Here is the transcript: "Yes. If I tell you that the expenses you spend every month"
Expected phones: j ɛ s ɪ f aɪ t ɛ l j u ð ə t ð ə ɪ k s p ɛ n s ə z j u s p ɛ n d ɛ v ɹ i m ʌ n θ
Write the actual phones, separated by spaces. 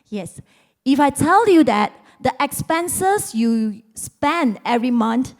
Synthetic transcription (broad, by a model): j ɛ s ɪ f aɪ t ɛ l j u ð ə t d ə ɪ k s p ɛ n s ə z j u s p ɛ n d ɛ v ɹ i m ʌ n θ